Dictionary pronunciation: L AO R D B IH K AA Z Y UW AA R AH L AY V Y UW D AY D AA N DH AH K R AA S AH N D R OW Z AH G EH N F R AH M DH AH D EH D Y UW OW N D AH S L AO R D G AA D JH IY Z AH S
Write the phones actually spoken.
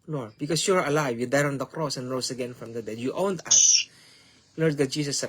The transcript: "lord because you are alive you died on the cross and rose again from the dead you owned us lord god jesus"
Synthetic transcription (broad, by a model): L AO R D B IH K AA S Y UW AA R AH L AY V Y UW D AY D AA N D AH K R AA S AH N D R OW S AH G EH N F R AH M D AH D EH D Y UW OW N D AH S L AO R D G AA D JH IY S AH S